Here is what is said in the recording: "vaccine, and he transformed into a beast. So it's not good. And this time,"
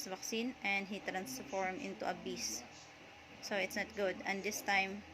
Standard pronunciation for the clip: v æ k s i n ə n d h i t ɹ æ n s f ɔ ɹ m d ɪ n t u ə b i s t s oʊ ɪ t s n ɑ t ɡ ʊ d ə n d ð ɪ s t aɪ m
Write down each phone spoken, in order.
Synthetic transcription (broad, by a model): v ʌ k s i n ə n d h i t ɹ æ n s f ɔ ɹ m ɪ n t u ə b i s s oʊ ɪ t s n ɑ t ɡ ʊ d ə n d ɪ s t aɪ m